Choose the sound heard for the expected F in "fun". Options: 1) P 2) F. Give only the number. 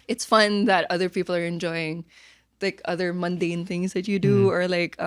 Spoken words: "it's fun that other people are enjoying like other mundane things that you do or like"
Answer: 2